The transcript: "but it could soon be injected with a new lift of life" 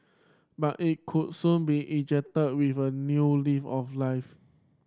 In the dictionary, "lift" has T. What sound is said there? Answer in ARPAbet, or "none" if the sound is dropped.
none